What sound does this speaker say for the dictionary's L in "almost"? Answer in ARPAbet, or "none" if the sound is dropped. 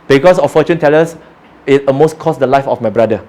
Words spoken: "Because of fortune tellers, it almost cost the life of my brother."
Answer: none